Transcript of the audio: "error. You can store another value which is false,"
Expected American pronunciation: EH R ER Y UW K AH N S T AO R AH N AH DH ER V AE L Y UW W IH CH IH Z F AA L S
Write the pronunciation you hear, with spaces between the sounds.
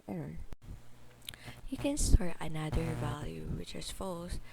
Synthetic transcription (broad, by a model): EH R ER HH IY K AH N S T AO R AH N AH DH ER V AE L Y UW W IH CH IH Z F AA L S